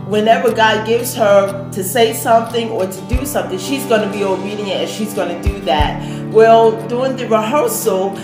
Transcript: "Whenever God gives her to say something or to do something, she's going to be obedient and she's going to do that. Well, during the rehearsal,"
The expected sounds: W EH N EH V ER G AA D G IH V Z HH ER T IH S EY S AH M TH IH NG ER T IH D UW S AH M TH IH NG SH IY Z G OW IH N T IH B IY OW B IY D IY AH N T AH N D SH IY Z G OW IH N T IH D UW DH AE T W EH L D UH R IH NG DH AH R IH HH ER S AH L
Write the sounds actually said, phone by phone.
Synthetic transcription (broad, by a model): W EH N EH V ER G AA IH G IH V Z HH ER T IH S EY S AH M TH IH NG ER T IH D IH S AH M TH IH NG SH IY Z G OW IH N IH B IY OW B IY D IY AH T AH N SH IY Z G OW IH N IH D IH DH AE T W EH L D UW IH NG DH AH R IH HH ER S L